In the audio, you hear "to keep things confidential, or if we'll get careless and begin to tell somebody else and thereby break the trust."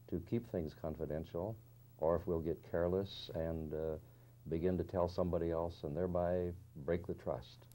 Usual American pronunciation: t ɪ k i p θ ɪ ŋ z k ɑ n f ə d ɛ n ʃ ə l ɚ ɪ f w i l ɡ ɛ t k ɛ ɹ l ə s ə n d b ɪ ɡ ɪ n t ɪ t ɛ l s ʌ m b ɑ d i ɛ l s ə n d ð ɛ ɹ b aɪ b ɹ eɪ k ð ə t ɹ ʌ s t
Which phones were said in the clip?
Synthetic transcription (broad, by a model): t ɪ k i p θ ɪ ŋ z k ɑ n f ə d ɛ n ʃ l ɚ ɪ f w i l ɡ ɛ t k ɛ ɹ l ə s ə n b ɪ ɡ ɪ n t ɪ t ɛ l s ʌ m b ɑ d i ɛ l s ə n ð ɛ ɹ b aɪ b ɹ eɪ k ð ə t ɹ ʌ s t